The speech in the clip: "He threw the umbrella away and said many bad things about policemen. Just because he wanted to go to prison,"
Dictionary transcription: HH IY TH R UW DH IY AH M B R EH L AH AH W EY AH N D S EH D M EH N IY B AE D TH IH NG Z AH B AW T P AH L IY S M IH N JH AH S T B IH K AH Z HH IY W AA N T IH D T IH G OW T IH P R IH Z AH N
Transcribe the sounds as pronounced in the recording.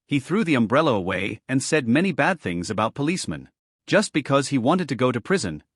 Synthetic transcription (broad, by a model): HH IY TH R UW DH IY AH M B R EH L AH AH W EY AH N S EH D M EH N IY B AE D TH IH NG Z AH B AW T P AH L IY S M IH N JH AH S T B IH K AH Z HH IY W AA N T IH D T IH G OW T IH P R IH Z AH N